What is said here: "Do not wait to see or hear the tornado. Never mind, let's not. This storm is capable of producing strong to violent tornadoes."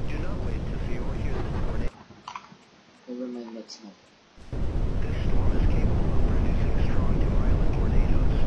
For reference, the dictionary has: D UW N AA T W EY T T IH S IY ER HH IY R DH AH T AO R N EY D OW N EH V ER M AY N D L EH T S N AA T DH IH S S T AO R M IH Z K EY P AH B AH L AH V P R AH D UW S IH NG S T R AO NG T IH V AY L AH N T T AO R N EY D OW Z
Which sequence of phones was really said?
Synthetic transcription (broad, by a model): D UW N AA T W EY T T IH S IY ER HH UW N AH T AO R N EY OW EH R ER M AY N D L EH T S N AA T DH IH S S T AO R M IH Z K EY AH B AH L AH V P R AH D UW S IH NG S T R AO NG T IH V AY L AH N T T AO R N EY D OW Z